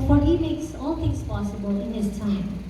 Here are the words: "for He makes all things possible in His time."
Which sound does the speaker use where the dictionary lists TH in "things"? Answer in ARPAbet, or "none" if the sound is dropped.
T